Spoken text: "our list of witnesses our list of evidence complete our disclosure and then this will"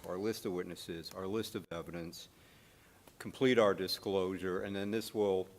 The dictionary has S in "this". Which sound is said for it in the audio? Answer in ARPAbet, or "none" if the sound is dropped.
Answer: S